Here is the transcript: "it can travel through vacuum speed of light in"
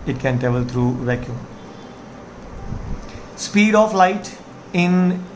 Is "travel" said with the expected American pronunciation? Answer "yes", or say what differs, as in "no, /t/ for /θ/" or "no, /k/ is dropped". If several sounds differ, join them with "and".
no, /ɹ/ is dropped